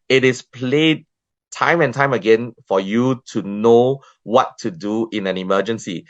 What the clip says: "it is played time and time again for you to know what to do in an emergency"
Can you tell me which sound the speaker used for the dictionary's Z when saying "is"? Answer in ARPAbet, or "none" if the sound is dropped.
S